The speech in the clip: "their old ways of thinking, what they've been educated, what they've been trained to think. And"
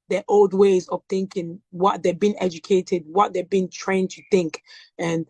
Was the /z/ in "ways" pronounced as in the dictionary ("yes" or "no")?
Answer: yes